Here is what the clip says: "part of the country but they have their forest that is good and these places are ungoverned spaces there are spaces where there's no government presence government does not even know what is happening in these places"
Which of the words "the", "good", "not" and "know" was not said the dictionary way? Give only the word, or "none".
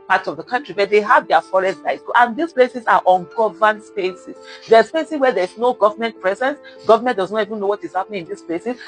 good